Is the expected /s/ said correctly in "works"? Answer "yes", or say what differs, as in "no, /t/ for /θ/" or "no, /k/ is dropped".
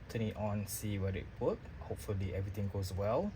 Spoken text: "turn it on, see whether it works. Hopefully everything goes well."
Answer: no, /s/ is dropped